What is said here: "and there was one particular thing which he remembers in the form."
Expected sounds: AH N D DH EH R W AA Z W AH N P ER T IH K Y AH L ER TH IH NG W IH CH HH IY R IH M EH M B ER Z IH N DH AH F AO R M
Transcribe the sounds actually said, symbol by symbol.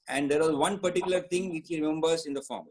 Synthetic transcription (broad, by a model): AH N D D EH R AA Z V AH N P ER T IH K Y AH L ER T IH NG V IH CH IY R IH M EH M B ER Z IH N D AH F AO M